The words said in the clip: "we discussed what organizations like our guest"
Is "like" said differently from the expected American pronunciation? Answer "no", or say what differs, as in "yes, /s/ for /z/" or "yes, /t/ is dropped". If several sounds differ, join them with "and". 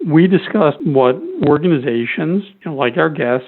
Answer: no